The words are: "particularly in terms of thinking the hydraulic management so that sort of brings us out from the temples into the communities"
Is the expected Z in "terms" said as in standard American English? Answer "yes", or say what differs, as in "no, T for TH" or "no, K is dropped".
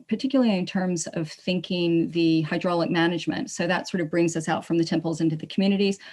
yes